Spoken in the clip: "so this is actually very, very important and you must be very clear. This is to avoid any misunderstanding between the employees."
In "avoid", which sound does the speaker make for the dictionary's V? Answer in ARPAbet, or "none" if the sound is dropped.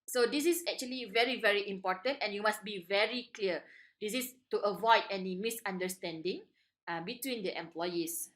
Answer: V